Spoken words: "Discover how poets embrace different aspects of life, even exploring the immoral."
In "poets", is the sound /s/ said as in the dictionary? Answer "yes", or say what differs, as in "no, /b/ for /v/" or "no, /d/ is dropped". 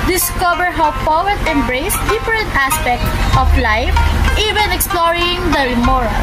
no, /s/ is dropped